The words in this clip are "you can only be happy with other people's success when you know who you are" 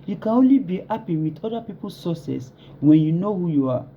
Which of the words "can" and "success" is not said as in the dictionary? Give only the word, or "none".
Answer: success